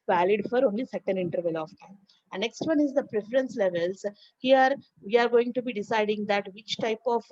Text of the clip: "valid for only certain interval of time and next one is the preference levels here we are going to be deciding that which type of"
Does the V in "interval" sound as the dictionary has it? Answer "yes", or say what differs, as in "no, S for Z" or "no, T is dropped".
yes